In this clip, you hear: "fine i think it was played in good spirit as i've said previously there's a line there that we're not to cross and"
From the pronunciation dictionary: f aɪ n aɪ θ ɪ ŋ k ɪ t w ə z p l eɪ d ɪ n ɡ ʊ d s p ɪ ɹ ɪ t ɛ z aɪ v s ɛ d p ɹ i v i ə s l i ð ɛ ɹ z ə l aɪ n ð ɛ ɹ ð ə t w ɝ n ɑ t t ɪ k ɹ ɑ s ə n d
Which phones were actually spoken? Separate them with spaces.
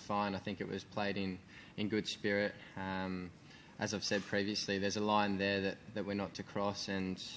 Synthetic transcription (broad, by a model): f aɪ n aɪ θ ɪ ŋ k ɪ t w ə z p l eɪ d ɪ n ɡ ʊ d s p ɪ ɹ ɪ t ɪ z aɪ v s ɛ d p ɹ i v i ə s l i ð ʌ ɹ z ə l aɪ n ð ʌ ɹ ð ə t w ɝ n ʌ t t ɪ k ɹ ɑ s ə n